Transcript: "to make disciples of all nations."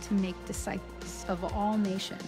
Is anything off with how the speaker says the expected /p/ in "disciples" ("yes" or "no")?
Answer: yes